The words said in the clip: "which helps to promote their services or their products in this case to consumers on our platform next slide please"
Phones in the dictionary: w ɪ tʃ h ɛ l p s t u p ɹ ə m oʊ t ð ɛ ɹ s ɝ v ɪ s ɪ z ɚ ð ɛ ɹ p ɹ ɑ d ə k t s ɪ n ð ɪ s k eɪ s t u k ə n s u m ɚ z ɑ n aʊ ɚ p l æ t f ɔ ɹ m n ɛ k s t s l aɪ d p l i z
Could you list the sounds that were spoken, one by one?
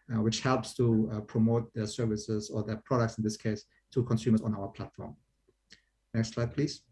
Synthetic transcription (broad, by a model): w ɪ tʃ h ɛ l p s t u p ɹ ə m oʊ t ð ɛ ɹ s ɝ v ɪ s ɪ z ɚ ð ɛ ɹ p ɹ ɑ d ə k t s ɪ n ð ɪ s k eɪ s t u k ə n s u m ɚ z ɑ n aʊ ɚ p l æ t f ɔ ɹ m n ɛ k s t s l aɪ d p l i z